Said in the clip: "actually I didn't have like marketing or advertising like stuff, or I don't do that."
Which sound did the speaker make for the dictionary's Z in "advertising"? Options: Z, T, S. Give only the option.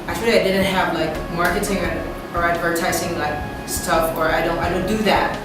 S